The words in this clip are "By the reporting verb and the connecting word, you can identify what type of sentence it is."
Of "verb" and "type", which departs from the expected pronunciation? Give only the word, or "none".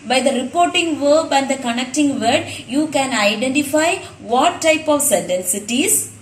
none